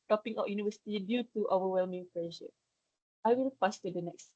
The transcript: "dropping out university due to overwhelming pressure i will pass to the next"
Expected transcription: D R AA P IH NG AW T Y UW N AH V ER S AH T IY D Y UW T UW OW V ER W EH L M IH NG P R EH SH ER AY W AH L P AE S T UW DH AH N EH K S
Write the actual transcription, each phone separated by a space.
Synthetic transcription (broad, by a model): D AA P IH NG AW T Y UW N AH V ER S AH T IY D Y UW T UW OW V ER W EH L M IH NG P L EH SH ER AY W AH L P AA S T UW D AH N EH K S